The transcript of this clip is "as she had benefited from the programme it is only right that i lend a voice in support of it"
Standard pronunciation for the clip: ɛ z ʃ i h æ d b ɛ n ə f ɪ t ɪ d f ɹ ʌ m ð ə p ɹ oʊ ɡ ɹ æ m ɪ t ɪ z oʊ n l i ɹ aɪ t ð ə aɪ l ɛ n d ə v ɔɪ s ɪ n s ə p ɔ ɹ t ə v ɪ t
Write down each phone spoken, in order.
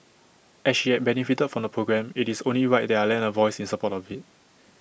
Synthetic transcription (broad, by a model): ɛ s ʃ i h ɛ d b ɛ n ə f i t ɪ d f ɹ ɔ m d ə p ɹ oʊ ɡ ɹ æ m ɪ t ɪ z oʊ n l i w aɪ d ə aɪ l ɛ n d ə v ɔɪ s ɪ n s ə p ɔ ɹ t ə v ɪ t